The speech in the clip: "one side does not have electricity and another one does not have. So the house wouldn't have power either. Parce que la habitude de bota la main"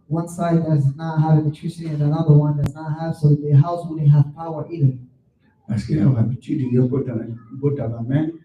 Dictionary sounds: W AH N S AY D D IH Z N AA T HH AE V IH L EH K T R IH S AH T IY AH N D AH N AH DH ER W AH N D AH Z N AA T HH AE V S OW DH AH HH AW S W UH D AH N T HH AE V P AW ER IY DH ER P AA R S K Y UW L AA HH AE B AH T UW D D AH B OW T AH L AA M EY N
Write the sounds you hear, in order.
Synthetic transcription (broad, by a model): W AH N S AY D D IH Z N AA T HH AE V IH N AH T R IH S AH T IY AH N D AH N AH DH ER W AH N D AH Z N AA T HH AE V S OW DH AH HH AW S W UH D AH HH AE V P AW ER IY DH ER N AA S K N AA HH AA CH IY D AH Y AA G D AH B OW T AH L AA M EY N